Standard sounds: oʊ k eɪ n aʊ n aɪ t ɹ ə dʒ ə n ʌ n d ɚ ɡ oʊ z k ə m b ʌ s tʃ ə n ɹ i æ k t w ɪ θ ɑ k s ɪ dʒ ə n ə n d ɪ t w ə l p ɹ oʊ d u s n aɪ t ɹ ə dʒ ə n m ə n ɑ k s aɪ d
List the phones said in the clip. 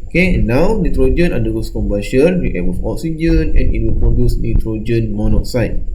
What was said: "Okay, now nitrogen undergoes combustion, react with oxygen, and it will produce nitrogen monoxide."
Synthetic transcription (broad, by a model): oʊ k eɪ n aʊ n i t ɹ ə dʒ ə n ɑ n d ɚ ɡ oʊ s k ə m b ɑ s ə n w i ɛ t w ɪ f ɑ k s ɪ dʒ ə n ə n ɪ t w ə l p ɹ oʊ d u s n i t ɹ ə dʒ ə n m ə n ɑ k s aɪ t